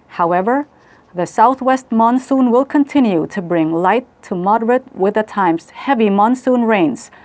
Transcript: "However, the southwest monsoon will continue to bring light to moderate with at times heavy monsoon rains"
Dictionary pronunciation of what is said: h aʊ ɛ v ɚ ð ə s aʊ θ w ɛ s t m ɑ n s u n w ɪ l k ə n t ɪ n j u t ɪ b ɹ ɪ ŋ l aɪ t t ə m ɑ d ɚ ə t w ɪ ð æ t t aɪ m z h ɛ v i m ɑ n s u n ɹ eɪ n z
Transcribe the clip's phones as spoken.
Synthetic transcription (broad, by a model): h aʊ ɛ v ɚ ð ə s aʊ θ w ɛ s t m ɑ n s u n w ɪ l k ə n t ɪ n j u t ɪ b ɹ ɪ ŋ l aɪ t t ə m ɑ d ɚ ə t w ɪ ð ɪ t t aɪ m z h ɛ v i m ɑ n s u n ɹ eɪ n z